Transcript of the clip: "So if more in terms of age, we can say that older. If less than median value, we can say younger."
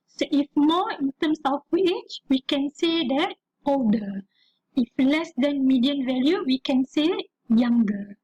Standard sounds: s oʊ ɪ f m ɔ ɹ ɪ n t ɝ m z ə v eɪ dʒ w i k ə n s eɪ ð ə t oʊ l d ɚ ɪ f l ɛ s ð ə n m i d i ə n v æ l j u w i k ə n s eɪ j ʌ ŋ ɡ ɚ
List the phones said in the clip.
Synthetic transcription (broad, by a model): s oʊ ɪ f m ɔ ɪ n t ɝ m s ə w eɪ tʃ w i k ə n s eɪ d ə t oʊ l d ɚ ɪ f l ɛ s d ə n m i d i ə n v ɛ l j u w i k ə n s eɪ j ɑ ŋ ɡ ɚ